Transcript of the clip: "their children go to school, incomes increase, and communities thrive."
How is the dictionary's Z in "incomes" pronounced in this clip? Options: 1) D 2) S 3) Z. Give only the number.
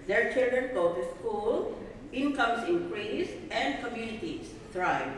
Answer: 2